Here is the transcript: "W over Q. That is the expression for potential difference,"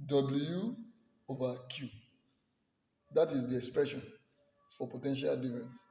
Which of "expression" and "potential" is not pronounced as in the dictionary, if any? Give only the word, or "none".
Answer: none